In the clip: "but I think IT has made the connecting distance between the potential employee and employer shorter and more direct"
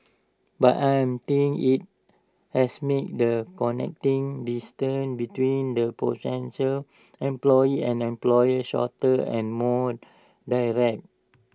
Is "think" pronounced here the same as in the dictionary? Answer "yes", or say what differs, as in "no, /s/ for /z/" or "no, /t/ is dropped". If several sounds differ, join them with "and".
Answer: no, /t/ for /θ/ and /k/ is dropped